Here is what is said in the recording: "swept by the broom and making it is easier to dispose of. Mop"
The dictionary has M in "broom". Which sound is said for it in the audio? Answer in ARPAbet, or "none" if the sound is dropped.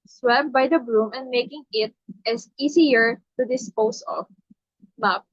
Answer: M